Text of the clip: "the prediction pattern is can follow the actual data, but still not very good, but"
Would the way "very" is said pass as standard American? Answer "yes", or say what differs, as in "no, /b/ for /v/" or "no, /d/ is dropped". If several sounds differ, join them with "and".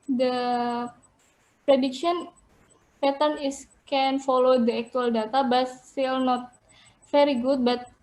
no, /f/ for /v/